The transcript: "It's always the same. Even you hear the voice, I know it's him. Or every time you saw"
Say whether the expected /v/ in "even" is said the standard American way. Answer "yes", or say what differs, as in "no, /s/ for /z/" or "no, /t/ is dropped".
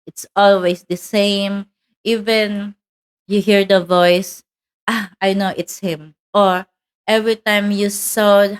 yes